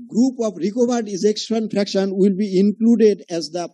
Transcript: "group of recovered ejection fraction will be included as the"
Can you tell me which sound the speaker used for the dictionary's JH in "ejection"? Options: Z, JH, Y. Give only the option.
Z